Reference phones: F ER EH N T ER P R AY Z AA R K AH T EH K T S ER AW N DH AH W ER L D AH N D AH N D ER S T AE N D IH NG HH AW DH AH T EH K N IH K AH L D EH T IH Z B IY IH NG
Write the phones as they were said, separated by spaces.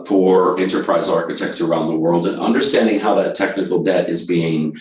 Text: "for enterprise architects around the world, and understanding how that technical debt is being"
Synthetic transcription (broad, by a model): F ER EH N T ER P R AY Z AA R K AH T EH K T S ER AW N DH AH W ER L D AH N AH N D ER S T AE N D IH NG HH AW DH AH T EH K N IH K L D EH T IH Z B IY IH NG